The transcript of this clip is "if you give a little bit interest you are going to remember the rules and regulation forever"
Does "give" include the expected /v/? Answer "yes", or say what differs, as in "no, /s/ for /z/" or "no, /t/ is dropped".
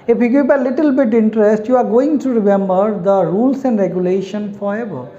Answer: no, /b/ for /v/